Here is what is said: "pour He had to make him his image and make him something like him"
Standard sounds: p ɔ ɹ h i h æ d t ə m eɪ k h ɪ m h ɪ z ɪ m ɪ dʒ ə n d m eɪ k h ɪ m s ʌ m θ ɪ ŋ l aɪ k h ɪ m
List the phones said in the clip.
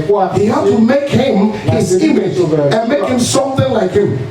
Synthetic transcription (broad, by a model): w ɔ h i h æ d t ə m eɪ k h ɪ m h ɪ z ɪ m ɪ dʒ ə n m eɪ k h ɪ m s ʌ m θ ɪ ŋ l aɪ k h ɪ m